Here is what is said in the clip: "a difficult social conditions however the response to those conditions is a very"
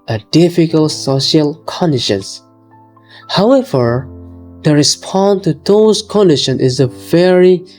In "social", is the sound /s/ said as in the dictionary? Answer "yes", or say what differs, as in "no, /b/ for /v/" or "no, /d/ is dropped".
yes